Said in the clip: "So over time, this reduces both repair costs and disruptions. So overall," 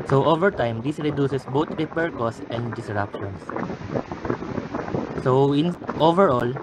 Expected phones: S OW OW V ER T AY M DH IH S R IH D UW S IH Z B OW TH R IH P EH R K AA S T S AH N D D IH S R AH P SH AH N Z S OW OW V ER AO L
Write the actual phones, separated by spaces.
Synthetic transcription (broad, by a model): S OW OW V ER T AY M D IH S R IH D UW S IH S B OW T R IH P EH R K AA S S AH N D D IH S R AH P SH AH N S S OW OW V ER AO L